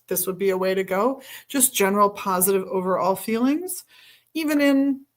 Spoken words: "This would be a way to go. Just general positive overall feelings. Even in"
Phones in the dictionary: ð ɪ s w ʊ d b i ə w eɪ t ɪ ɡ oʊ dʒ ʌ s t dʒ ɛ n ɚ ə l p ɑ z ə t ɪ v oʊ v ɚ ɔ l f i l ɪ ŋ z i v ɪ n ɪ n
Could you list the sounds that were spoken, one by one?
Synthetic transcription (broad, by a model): ð ɪ s w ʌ d b i ə w eɪ t ɪ ɡ oʊ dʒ ʌ s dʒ ɛ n ɚ l p ɑ z ə t ɪ v oʊ v ɚ ɔ l f i l ɪ ŋ z i v ɪ n ɪ n